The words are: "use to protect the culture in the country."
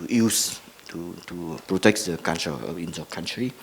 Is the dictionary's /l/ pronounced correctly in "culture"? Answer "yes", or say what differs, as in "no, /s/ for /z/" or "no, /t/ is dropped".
no, /n/ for /l/